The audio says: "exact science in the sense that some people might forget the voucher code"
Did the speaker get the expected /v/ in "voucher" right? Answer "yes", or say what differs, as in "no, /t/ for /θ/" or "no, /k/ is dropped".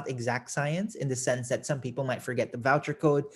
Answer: yes